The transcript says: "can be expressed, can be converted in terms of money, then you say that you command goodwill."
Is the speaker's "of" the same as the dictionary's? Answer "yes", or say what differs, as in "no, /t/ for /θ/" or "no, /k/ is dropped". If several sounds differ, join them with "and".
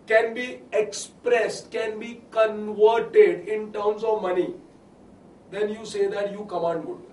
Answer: yes